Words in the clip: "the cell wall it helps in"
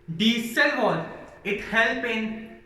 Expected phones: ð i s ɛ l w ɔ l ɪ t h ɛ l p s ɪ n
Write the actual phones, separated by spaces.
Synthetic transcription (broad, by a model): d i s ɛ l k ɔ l ɪ t h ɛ l p ɪ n